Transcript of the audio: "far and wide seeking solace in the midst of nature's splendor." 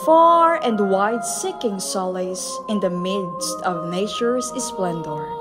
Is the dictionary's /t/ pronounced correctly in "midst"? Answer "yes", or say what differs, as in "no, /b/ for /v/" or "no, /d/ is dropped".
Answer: yes